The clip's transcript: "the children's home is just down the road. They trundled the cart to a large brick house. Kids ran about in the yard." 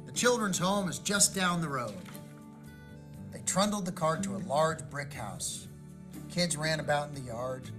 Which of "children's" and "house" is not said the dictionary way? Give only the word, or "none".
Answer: none